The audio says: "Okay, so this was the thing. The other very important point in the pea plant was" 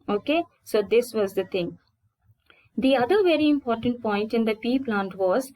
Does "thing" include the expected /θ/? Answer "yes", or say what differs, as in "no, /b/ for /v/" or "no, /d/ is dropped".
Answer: no, /t/ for /θ/